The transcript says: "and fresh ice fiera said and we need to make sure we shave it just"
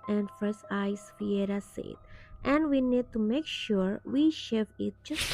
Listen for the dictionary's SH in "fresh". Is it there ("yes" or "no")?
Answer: no